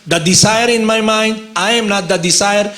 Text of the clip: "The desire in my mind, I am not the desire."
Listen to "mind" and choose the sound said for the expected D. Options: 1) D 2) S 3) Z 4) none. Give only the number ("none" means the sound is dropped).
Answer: 1